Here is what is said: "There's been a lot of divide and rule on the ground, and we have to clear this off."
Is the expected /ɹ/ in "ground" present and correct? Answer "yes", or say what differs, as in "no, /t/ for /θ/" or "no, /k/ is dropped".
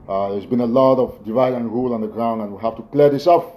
yes